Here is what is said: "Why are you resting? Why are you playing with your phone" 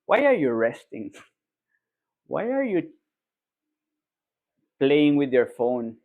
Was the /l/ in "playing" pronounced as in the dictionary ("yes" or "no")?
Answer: yes